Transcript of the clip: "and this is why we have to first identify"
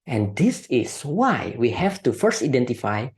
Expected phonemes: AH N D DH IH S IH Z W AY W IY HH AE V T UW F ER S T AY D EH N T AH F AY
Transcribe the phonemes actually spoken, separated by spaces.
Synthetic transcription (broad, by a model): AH N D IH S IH S W AY W IY HH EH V T UW F ER S T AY D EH N T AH F AY